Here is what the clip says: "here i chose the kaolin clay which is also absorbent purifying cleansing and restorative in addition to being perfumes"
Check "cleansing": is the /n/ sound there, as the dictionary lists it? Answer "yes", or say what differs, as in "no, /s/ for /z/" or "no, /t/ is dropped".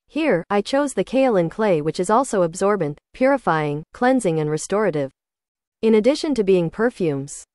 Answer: yes